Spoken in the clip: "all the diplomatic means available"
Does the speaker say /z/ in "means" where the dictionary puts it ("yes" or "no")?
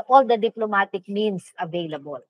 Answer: no